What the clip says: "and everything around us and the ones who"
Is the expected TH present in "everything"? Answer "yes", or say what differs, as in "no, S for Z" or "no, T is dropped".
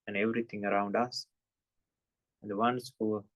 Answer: no, T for TH